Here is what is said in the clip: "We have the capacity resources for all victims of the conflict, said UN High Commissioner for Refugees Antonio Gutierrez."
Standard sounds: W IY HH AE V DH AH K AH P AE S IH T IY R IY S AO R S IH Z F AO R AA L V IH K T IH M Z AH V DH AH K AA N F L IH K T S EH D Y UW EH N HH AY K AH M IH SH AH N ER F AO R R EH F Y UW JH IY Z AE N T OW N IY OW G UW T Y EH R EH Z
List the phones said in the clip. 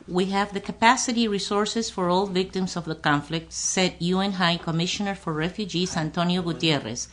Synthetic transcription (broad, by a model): W IY HH AE V DH AH K AH P AE S IH T IY R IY S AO R S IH S F AO R AA L V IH K T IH M S AH V DH AH K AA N F L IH K T S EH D Y UW EH N HH AY K AH M IH SH AH N ER F AO R R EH F Y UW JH IY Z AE N T OW N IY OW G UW T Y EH R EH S